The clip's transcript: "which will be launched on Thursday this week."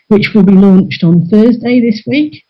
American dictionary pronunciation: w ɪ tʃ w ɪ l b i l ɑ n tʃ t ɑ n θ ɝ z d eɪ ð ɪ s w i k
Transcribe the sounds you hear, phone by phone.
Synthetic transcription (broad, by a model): w ɪ tʃ w ɪ l b i l ɑ n tʃ t n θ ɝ z d eɪ ð ɪ s w i k